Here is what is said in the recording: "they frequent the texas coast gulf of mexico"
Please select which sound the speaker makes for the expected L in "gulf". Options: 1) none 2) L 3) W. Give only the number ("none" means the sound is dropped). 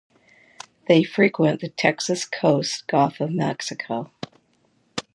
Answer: 1